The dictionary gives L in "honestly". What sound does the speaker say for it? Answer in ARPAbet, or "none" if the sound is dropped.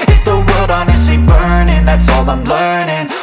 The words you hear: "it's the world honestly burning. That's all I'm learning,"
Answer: none